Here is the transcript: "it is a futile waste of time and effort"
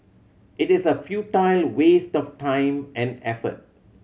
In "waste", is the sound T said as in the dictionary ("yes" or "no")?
yes